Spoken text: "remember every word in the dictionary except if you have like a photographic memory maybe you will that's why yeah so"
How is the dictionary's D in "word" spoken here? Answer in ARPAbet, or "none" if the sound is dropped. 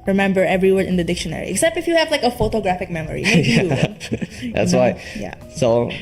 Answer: none